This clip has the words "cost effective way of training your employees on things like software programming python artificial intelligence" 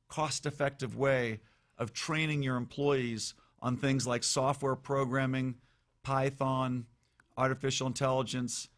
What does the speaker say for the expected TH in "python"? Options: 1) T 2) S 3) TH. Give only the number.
3